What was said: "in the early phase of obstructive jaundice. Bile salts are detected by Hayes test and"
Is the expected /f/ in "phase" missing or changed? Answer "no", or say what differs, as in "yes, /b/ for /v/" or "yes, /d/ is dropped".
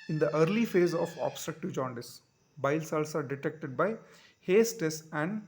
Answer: no